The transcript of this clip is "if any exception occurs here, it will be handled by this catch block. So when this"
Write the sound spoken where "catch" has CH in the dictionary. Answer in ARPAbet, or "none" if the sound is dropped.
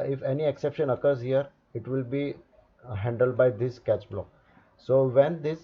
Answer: CH